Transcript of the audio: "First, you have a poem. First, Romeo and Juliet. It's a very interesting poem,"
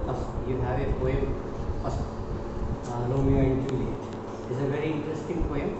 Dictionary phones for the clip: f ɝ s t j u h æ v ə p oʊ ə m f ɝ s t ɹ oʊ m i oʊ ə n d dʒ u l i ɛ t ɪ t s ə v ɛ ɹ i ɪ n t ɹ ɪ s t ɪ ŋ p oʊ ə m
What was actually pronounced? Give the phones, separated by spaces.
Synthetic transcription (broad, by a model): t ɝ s j u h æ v ə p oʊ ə m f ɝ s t l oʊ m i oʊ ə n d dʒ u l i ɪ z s ə v ɛ ɹ i ɪ n t ɹ ɪ s t ɪ ŋ p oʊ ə m